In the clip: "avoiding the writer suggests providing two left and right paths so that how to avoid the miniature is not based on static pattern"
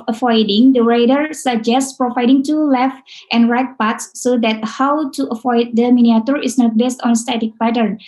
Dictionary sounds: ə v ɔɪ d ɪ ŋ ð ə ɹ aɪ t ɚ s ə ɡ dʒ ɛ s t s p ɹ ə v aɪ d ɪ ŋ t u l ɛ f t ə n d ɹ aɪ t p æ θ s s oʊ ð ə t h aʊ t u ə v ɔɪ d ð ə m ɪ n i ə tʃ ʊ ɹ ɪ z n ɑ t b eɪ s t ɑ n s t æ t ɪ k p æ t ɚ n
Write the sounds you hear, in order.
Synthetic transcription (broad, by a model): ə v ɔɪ d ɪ ŋ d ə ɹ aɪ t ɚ s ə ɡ dʒ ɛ s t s p ɹ ə v aɪ d ɪ ŋ t u l ɛ f t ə n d ɹ aɪ t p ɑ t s s oʊ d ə t h aʊ t u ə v ɔɪ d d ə m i n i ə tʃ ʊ ɹ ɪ s n ɑ t b eɪ s t ɑ n s t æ t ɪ k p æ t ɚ n